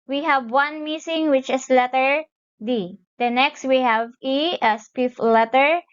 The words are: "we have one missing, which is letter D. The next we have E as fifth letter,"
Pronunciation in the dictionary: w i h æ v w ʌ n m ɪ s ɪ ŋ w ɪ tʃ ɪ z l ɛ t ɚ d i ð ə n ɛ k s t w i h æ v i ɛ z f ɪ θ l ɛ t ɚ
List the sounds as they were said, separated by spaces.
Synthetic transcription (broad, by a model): w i h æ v w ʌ n m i s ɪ ŋ w ɪ tʃ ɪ s l ɛ t ɚ d i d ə n ɛ k s t w i h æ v i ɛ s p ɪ f l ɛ t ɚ